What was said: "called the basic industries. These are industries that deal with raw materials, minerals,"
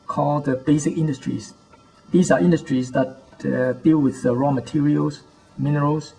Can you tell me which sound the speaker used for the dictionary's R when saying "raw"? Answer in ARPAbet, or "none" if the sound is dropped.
R